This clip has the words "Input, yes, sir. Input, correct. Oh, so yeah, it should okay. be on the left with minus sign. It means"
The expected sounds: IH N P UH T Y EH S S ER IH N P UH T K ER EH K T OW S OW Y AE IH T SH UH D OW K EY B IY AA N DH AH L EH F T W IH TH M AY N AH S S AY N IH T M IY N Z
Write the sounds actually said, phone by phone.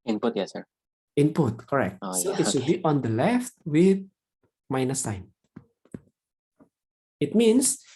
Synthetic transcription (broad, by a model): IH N P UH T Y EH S S ER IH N P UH T K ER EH K T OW S OW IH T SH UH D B IY AA N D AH L EH F T W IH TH M AY N AH S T AY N IH T M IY N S